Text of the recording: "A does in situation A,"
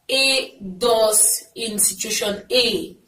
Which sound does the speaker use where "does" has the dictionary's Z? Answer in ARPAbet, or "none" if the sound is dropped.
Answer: S